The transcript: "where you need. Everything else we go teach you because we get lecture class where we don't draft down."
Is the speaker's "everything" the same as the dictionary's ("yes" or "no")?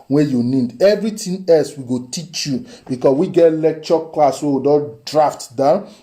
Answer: no